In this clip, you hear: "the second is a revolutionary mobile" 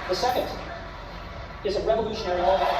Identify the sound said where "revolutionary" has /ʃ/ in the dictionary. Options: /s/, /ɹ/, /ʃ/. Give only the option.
/ʃ/